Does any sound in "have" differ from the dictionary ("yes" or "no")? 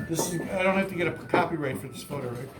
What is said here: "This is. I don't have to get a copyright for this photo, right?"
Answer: yes